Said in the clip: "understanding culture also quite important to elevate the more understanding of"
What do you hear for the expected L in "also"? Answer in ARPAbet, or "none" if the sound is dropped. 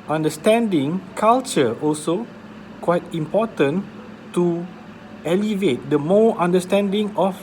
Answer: L